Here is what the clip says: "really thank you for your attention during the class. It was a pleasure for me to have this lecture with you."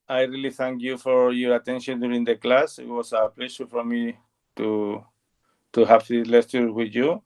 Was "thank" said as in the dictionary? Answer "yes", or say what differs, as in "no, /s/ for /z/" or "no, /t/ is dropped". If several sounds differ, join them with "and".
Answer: yes